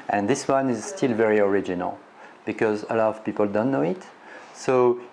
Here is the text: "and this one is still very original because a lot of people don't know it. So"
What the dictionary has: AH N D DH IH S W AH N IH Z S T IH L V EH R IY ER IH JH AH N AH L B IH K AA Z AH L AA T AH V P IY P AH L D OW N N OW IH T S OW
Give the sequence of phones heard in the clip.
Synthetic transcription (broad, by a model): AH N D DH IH S W AH N IH Z S T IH L V EH R IY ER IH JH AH N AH L B IH K AA Z AH L AA T AH V P IY P AH L D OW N N OW IH T S OW